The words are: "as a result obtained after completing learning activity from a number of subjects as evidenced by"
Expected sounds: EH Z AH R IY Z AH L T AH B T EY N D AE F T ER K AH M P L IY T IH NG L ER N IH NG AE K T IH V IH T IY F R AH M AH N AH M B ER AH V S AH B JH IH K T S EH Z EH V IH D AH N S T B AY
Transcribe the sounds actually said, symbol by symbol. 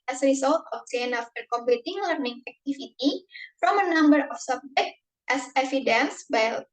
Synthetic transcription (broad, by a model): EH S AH R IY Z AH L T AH T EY N AA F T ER K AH M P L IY T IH NG L ER N IH NG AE K T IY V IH T IY F R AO M AH N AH M B ER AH F S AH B JH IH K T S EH S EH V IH D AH N S B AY